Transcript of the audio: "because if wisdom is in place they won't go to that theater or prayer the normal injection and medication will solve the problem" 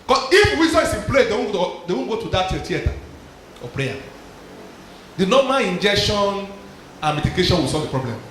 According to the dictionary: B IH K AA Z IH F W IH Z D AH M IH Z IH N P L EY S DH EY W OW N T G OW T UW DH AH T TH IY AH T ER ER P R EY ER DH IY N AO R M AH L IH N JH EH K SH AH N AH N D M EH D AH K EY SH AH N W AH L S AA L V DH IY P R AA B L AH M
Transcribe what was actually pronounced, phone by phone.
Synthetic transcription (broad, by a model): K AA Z IH F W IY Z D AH IH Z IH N P L EY S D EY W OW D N G OW T UW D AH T T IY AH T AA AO P R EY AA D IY N AO M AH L IH N JH EH K SH AH N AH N M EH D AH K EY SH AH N W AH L S AA L V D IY P R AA B L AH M